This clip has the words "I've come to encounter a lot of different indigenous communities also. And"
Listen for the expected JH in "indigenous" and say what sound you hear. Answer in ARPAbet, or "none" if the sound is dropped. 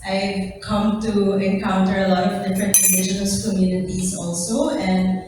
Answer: SH